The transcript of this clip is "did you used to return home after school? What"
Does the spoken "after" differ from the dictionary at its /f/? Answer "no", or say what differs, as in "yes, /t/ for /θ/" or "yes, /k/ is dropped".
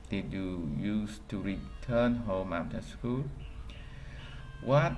yes, /f/ is dropped